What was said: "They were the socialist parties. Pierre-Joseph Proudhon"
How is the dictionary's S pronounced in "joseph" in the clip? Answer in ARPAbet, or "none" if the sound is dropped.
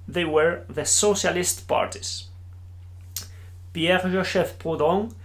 SH